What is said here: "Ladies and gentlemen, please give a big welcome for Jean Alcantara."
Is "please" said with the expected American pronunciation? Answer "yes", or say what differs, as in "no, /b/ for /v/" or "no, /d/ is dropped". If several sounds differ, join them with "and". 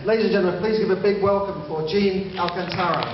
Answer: yes